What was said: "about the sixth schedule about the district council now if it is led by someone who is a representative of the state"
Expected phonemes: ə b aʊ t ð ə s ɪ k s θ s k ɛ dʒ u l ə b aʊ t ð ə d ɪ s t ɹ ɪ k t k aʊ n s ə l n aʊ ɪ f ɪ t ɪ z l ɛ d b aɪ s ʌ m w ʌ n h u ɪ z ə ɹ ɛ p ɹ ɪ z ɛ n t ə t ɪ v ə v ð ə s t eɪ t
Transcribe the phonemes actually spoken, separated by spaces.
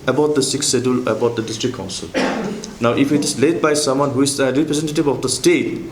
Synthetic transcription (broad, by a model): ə b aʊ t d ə s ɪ k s s ɛ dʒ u l ə b aʊ t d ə d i s t ɹ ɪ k k aʊ n s ə l n aʊ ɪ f ɪ t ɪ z l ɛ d b aɪ s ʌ m w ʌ n h u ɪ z ə ɹ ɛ p ɹ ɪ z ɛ n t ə t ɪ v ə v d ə s t eɪ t